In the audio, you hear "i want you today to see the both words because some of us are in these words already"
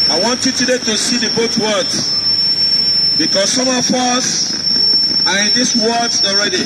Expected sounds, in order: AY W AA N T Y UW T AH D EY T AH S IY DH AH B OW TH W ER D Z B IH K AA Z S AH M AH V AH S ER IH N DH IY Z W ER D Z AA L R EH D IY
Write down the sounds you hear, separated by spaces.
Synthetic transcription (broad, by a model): AY W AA N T Y UW T AH D EY T AH S IY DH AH B OW T W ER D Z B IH K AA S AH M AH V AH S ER IH N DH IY S W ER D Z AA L R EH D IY